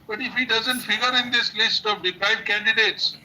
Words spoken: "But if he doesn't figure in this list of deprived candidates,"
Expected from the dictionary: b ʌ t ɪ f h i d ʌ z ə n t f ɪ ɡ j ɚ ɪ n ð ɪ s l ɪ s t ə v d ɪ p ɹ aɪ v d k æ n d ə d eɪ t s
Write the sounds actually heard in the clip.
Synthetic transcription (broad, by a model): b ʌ t ɪ f h i d ʌ z ə n t f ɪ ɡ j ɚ ɪ n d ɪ s l ɪ s t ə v d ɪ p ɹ aɪ d k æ n d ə d eɪ t s